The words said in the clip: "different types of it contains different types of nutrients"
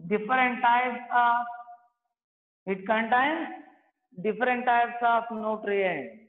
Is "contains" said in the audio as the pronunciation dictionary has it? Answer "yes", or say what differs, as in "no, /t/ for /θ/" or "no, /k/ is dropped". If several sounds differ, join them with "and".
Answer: no, /z/ is dropped